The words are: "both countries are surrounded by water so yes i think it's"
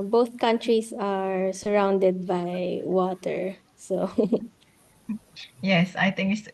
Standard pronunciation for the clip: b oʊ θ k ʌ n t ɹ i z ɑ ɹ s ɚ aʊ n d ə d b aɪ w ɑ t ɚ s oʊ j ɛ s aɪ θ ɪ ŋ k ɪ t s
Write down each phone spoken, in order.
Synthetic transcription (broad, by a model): b oʊ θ k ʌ n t ɹ i s ɑ ɹ s ɚ aʊ n d ə d b aɪ w ɑ t ɚ s oʊ j ɛ s aɪ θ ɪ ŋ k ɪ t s